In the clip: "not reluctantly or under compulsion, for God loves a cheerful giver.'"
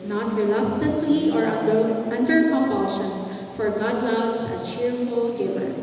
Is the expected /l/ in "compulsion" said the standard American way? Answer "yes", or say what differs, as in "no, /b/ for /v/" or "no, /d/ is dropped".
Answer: no, /l/ is dropped